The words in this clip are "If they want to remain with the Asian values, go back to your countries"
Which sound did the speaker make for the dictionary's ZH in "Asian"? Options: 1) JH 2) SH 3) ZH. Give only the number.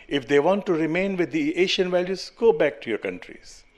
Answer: 2